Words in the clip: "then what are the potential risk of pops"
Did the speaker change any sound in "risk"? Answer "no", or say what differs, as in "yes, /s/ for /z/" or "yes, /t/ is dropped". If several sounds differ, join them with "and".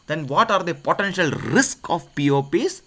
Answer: no